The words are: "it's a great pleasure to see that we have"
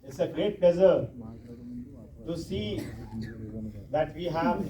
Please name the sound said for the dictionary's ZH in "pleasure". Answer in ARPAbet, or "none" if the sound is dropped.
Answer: Z